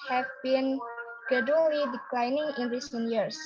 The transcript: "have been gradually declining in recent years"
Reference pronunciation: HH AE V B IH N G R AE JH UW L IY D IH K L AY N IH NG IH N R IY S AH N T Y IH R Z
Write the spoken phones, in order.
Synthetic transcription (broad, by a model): HH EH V B IH N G EH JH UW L IY D IH K L AY N IH NG IH N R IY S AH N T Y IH R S